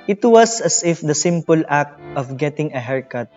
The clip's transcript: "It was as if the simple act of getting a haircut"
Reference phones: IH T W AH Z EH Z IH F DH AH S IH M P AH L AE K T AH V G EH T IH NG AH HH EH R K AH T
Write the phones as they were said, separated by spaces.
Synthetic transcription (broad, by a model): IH T W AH S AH S IH F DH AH S IH M P AH L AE K T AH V G EH T IH NG AH HH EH R K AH T